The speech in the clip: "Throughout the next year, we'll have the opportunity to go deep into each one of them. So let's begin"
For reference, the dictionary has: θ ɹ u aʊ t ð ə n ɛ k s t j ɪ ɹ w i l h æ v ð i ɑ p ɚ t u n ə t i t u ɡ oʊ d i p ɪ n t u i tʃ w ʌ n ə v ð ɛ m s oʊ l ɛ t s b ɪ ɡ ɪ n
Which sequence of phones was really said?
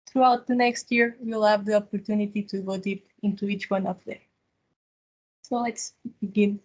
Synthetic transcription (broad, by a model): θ ɹ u aʊ t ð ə n ɛ k s t j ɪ ɹ w i l h æ v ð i ɑ p ɚ t u n ə t i t u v oʊ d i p ɪ n t u i tʃ w ʌ n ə p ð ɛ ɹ s oʊ l ɛ t s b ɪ ɡ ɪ n